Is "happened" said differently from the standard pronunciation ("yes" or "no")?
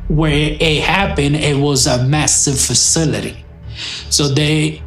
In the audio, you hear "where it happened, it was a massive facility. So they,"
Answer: yes